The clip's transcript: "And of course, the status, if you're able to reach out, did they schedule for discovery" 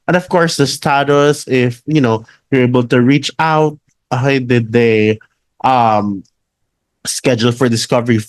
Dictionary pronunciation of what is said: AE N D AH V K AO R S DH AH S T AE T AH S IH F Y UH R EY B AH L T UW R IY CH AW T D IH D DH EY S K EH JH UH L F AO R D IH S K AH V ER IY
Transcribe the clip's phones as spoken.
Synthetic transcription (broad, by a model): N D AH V K AO R S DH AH S T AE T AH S IH F Y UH W EY B AH L T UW R IY CH AW T D IH D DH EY S K EH JH UH L F AO R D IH S K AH V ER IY